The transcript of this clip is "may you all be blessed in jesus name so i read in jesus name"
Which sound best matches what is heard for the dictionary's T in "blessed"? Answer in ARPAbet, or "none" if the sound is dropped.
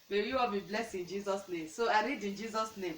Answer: none